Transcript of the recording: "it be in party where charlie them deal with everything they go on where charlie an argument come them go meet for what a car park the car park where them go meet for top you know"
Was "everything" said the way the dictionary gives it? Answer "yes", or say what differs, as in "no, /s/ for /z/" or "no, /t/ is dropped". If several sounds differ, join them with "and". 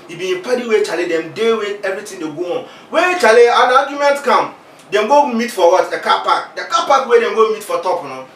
no, /t/ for /θ/